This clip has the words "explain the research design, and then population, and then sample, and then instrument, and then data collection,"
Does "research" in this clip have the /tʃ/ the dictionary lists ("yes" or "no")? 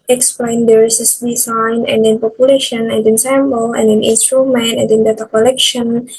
no